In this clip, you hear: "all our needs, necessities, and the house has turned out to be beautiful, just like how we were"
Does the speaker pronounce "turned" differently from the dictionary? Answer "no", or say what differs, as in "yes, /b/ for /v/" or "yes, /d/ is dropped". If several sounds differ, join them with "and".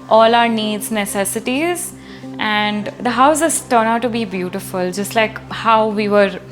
yes, /d/ is dropped